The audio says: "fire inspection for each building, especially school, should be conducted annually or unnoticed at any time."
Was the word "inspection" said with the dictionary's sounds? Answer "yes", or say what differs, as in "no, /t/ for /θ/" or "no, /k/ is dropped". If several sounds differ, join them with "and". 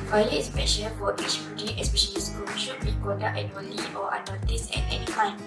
no, /k/ is dropped